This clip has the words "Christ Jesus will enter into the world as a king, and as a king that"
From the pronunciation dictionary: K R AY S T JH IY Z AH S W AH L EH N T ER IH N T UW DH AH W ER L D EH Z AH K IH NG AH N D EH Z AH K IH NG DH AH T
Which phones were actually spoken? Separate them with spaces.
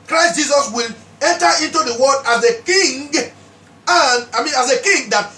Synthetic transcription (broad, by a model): K R AY S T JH IY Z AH S W AH L EH N T ER IH N T UW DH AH W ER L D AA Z AH K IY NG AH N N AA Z AH K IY NG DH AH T